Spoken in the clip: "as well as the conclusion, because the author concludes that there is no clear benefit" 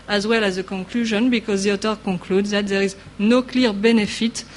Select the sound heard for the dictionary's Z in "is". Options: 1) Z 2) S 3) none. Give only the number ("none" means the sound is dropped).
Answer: 1